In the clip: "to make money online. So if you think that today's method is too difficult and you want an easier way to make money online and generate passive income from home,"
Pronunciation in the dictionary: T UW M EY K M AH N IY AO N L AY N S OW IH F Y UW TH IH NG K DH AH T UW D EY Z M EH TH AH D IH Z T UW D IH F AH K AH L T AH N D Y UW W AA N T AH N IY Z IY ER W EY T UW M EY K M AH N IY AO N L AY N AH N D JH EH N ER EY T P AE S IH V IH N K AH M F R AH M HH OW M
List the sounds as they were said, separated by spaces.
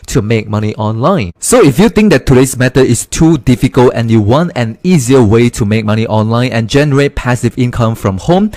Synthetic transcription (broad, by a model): T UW M EY K M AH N IY AO N L AY N S OW IH F Y UW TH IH NG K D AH T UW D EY S M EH T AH IH S T UW D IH F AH K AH L T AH N Y UW W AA N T AH N IY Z IY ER W EY T UW M EY K M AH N IY AO N L AY N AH N JH EH N ER EY T P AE S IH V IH N K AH M F R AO M HH OW M